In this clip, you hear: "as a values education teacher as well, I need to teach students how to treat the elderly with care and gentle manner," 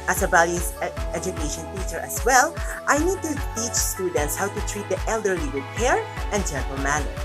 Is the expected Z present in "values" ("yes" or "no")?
no